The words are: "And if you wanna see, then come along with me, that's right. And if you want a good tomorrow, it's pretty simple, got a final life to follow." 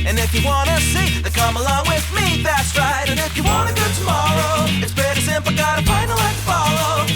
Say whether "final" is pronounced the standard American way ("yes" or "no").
no